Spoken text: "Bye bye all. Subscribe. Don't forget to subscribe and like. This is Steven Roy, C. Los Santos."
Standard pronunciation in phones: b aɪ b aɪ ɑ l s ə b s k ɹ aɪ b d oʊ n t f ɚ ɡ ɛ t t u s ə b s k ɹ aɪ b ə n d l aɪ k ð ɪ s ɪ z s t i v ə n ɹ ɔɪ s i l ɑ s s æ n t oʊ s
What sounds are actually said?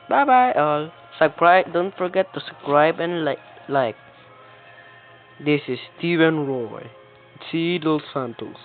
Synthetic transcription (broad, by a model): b aɪ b aɪ ɑ l s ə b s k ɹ aɪ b d oʊ n t f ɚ ɡ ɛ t t u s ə s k ɹ aɪ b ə n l l aɪ k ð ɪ s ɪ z s t i v ə n ɹ ɔɪ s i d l s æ n t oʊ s